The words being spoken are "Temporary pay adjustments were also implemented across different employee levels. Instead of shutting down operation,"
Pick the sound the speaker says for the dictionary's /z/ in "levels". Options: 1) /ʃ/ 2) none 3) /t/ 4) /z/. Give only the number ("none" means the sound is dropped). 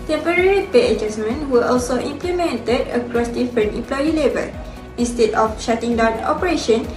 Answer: 2